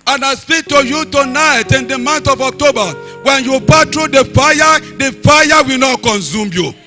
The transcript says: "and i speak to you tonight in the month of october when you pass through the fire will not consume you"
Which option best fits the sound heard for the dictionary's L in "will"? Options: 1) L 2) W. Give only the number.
2